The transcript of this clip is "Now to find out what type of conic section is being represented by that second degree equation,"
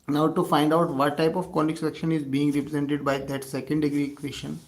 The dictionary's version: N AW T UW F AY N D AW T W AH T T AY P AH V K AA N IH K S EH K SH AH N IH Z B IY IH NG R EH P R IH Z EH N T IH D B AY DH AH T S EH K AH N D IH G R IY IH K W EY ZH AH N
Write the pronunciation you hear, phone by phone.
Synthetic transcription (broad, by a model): N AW T UW F AY N D AW T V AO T T AY P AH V K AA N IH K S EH K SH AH N IH Z B IY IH NG R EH P R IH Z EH N T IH D B AY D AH T S EH K AH N D IH G R IY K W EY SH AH N